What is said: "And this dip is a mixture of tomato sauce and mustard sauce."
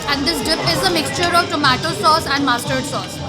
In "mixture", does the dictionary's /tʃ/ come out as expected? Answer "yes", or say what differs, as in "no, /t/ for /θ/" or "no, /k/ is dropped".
yes